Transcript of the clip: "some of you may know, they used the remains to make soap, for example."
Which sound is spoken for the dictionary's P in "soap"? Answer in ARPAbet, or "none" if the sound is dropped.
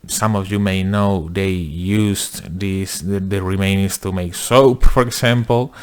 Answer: P